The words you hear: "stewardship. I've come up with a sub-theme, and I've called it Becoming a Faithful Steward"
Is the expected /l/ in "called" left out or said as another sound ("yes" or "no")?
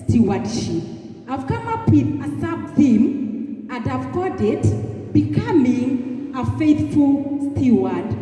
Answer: yes